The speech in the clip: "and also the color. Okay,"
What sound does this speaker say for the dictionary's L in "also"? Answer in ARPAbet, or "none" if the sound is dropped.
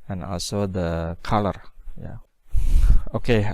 L